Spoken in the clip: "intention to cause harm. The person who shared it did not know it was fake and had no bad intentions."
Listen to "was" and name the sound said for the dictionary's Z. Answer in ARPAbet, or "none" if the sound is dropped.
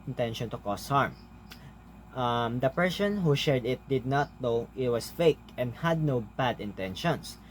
S